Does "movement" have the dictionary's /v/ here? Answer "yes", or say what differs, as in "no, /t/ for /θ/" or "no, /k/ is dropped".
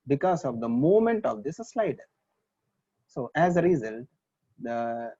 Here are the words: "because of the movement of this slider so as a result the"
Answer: no, /v/ is dropped